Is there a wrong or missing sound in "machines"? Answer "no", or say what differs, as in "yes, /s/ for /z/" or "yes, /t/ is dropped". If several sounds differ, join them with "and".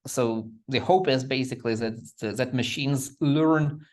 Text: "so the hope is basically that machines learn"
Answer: no